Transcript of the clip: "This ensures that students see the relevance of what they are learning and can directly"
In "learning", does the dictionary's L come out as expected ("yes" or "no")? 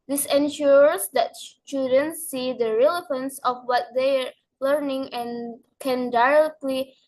yes